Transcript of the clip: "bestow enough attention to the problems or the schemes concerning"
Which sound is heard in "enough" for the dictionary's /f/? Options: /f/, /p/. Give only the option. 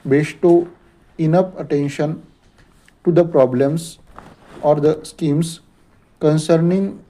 /p/